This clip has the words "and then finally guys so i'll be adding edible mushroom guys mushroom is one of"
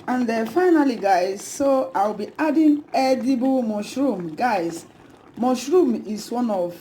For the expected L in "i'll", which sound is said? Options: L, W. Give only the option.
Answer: W